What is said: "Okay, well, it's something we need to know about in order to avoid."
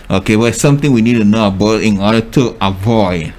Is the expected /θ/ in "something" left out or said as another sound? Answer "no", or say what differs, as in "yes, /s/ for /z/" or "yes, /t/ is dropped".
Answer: yes, /t/ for /θ/